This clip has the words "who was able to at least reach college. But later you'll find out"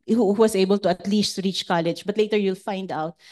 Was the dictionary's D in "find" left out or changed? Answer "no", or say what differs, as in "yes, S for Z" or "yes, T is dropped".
no